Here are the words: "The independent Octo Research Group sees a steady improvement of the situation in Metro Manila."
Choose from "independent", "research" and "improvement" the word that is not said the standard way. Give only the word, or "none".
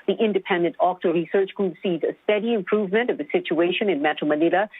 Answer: none